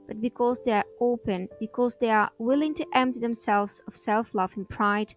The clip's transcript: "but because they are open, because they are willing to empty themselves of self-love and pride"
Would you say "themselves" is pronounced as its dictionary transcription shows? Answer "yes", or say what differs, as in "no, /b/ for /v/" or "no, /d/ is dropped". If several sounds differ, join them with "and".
yes